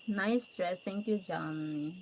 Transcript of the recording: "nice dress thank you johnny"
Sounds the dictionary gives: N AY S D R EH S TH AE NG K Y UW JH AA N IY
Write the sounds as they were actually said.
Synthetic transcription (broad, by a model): N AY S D R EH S T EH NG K Y UW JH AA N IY